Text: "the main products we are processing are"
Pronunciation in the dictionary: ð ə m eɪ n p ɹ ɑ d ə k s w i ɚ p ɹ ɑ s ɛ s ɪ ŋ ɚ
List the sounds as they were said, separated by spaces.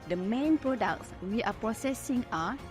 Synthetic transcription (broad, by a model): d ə m eɪ n p ɹ ɑ d ə k s w i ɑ p ɹ ɑ s ɛ s ɪ ŋ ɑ